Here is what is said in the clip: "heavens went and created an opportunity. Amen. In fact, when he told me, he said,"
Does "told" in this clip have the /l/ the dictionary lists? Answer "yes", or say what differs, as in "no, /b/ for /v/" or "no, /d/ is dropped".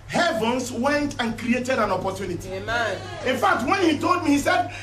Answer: yes